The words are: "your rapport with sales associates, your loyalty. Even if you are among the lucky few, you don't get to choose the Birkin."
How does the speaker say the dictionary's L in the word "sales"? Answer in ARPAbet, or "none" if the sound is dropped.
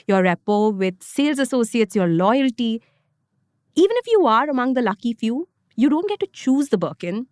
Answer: L